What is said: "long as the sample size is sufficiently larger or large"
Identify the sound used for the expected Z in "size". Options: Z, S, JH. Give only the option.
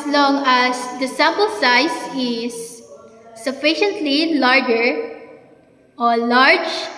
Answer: S